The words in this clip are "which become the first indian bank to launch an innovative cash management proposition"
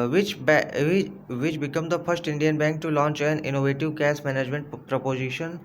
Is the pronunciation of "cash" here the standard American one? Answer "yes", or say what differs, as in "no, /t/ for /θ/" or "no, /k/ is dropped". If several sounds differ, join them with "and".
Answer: no, /s/ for /ʃ/